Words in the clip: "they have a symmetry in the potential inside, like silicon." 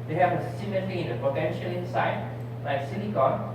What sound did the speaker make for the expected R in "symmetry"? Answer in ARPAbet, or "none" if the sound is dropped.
L